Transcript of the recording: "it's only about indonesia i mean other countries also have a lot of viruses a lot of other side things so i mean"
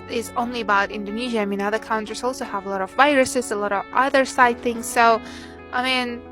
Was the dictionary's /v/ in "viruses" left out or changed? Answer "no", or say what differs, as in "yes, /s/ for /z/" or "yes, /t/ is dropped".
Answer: no